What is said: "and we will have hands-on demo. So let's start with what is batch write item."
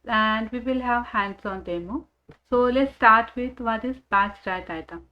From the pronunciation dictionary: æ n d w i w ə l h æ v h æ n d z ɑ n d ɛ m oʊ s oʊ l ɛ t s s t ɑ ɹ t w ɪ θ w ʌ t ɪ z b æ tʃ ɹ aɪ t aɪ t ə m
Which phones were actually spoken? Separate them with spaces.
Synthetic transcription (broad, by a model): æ n d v i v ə l h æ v h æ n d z ɑ n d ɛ m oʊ s oʊ l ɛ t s s t ɑ ɹ t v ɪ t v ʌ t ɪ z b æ s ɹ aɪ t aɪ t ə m